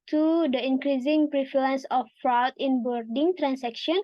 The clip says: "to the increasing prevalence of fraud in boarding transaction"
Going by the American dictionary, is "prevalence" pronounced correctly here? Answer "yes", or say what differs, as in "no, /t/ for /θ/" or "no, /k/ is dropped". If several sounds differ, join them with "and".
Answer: no, /f/ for /v/